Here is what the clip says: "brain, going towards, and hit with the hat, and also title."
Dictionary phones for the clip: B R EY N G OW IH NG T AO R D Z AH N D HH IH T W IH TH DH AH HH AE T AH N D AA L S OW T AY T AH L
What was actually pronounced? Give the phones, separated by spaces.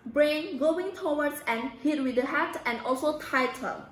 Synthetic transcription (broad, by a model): B R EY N G OW IH NG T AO W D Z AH N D HH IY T W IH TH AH HH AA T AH N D AA L S OW T AY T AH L